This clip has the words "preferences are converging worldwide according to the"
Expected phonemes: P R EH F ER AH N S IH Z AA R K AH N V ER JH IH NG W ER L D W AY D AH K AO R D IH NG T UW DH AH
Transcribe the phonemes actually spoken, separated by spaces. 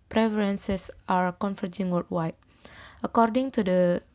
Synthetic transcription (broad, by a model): P R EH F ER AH N S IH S AA R K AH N F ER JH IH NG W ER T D W AY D AH K AO R D IH NG T UW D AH